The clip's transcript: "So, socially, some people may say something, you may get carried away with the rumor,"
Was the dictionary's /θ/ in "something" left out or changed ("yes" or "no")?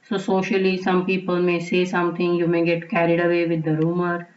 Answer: yes